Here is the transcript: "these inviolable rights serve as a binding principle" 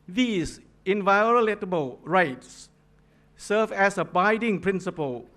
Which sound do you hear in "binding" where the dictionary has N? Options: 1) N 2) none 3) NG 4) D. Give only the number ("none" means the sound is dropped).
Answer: 2